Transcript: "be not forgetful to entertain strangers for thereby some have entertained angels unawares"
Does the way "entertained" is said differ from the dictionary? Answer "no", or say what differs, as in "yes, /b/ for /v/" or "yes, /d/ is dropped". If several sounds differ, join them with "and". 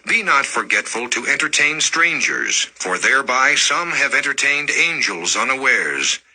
no